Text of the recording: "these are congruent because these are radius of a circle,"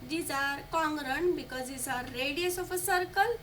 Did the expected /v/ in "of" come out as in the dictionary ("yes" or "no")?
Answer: no